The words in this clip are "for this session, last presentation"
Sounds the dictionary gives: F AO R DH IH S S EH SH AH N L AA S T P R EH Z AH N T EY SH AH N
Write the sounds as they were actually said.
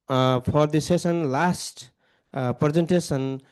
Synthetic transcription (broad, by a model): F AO R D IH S S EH S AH N L AA S T P R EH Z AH N T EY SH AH N